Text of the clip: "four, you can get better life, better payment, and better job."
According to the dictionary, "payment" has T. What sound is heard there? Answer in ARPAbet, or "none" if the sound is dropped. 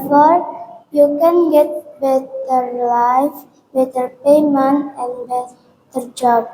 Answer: none